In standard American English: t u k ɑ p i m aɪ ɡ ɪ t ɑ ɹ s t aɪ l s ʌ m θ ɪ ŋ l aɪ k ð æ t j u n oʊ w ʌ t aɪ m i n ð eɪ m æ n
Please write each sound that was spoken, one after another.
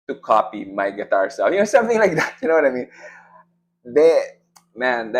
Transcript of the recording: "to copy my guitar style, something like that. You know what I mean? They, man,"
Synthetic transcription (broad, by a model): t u k ɑ p i m aɪ ɡ ɪ t ɑ ɹ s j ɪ n s ʌ m θ ɪ ŋ l aɪ k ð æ t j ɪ n oʊ w ʌ t aɪ m i n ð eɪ m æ n